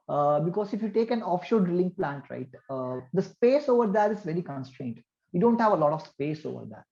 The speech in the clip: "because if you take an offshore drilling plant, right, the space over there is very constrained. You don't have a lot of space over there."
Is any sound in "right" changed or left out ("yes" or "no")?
no